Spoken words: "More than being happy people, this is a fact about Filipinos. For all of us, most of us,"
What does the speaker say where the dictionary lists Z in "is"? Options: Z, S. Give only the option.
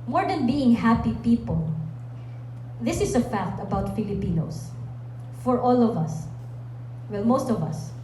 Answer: S